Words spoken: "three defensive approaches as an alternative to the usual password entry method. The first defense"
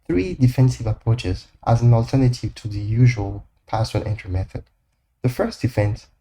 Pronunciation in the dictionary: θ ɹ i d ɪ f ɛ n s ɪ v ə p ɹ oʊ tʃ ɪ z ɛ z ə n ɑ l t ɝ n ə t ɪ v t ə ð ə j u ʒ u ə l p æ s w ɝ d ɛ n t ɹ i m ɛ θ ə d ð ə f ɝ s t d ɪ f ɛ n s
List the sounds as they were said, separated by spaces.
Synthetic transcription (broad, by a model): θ ɹ i d ɪ f ɛ n s ɪ v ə p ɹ oʊ tʃ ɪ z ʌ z ə n ɑ l t ɝ n ə t ɪ v t ə ð ə j u ʒ u ə l p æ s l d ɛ n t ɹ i m ɛ θ ə d ð ə f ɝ s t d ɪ f ɛ n s